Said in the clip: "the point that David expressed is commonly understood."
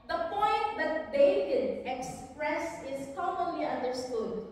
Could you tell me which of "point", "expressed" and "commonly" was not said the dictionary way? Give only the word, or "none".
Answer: expressed